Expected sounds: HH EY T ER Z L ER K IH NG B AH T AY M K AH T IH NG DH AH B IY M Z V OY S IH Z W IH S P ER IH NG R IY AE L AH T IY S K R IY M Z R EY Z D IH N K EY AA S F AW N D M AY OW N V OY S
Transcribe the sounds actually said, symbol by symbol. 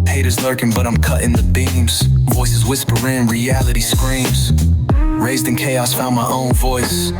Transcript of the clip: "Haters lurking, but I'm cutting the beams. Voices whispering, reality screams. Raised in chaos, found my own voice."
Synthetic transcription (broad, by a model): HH EY T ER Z L ER K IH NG B AH T AY M K AH T IH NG DH AH B IY M Z V OY S IH Z W IH S P ER IH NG R IY AE L AH T IY S K R IY M Z R EY Z D IH N K EY AA S F AW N M AY OW N V OY S